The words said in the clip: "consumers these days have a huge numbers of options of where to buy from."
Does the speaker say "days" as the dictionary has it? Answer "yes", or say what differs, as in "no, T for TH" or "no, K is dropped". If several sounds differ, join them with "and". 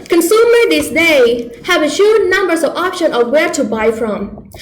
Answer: no, Z is dropped